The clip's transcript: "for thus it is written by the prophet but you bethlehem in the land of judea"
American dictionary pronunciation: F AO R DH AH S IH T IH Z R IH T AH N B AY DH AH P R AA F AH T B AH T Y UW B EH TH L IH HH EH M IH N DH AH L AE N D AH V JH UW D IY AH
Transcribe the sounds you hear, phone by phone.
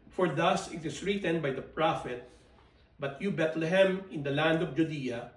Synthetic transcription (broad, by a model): F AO R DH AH S IH T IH S R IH T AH N B AY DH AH P R AA F AH T B AH T Y UW B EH T L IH HH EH M IH N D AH L AE N D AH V JH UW D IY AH